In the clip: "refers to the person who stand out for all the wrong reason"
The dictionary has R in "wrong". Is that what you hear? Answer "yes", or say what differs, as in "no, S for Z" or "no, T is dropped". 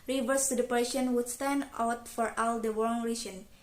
no, W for R